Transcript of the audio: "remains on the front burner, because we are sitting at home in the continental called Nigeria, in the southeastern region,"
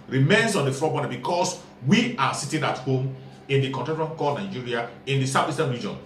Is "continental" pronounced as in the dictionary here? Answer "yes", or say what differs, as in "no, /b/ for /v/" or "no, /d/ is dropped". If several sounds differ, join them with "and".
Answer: no, /n/ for /l/